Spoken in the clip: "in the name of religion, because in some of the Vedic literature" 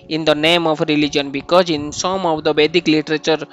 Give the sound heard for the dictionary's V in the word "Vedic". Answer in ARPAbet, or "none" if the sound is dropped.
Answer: B